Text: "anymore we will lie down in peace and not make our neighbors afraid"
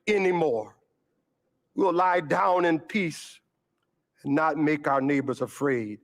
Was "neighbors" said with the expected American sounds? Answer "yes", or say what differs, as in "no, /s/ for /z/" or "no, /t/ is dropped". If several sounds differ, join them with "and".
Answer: yes